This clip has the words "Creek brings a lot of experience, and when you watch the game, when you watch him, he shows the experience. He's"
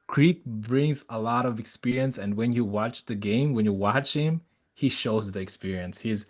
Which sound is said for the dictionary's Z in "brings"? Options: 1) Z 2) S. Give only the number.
1